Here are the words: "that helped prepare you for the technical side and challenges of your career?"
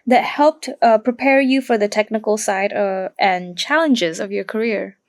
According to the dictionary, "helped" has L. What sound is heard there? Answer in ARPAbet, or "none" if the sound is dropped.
L